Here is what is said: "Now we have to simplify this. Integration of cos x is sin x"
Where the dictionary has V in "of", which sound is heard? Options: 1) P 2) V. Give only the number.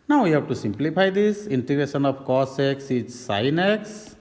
1